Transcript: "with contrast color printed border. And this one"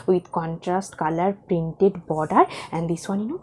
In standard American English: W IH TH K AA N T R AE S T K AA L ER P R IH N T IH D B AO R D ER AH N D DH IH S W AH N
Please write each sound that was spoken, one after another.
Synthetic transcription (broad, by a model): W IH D K AA N T R AE S T K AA L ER P R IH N T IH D B AO D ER AH N D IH S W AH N